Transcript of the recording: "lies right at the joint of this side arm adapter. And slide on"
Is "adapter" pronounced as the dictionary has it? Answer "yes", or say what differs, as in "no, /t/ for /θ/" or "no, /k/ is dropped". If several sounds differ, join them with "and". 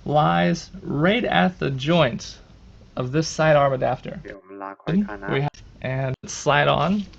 no, /f/ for /p/